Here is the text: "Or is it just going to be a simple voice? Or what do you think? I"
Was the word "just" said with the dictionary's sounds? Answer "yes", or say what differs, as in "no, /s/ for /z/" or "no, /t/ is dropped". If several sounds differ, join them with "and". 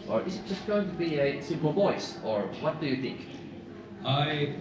no, /ʒ/ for /dʒ/